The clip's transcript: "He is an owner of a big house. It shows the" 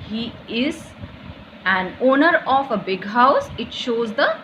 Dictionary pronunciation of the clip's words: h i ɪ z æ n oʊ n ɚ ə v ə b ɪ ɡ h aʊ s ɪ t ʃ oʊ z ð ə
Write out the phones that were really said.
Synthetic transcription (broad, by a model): h i ɪ z æ n oʊ n ɚ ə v ə b ɪ ɡ h aʊ s ɪ t ʃ oʊ z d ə